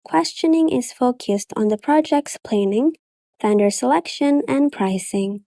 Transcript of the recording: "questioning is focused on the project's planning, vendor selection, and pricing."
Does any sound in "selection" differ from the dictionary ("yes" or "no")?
no